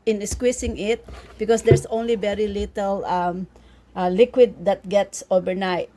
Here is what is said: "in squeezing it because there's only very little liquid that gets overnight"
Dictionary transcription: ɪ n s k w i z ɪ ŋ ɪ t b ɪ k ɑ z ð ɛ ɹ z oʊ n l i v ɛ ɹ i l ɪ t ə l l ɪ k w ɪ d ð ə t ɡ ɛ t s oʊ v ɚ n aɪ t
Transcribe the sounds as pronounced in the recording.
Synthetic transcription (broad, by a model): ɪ n s k w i s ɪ ŋ ɪ t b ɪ k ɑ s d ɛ ɹ s oʊ n l i v ɛ ɹ i l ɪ t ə l l ɪ k w ɪ d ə t ɡ ɛ t s oʊ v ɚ n aɪ t